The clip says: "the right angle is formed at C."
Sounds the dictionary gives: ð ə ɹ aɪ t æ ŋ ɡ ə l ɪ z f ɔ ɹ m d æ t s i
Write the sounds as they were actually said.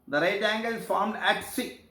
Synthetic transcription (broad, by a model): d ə ɹ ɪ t æ ŋ ɡ ə l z f ɔ ɹ m d æ t s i